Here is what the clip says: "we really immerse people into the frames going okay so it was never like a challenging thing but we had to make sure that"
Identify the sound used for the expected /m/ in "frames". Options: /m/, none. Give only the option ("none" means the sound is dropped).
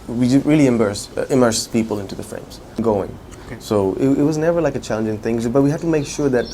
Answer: /m/